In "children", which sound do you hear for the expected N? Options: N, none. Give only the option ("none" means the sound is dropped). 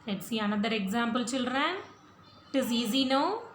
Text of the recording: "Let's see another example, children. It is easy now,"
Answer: none